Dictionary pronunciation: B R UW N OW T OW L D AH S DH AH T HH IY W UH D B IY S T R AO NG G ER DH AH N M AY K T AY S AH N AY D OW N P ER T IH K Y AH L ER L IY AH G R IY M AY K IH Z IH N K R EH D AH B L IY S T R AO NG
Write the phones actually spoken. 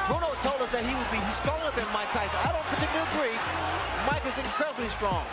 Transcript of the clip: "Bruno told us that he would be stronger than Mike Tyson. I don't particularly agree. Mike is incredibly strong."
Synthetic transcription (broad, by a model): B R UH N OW T OW L D AH S DH AH T HH IY W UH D B IY S T R AO NG G ER DH AH N M AY K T AY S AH UH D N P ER T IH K Y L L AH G R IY M AY K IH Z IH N K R EH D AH B L IY S T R AO NG